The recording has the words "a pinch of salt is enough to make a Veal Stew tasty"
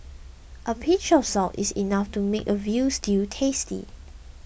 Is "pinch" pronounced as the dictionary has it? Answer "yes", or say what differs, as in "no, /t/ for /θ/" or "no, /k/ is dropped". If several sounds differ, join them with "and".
no, /n/ is dropped